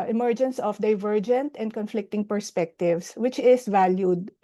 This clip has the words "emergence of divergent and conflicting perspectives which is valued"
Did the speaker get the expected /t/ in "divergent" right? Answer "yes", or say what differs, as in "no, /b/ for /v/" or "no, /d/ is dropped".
yes